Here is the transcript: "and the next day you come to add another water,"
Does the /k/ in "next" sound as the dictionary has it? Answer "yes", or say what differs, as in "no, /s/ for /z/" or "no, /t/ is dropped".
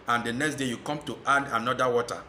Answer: yes